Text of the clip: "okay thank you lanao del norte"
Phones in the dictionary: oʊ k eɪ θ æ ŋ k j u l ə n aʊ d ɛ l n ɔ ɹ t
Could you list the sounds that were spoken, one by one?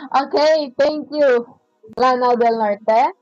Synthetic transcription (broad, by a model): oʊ k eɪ t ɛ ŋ k j u l ə n aʊ d ɛ l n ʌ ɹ t